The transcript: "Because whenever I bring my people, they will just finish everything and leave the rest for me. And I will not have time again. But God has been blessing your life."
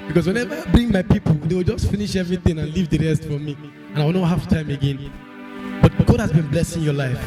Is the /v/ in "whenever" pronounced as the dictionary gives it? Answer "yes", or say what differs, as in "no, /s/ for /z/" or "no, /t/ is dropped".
yes